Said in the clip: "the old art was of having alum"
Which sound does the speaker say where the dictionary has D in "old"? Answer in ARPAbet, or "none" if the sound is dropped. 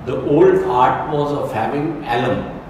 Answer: D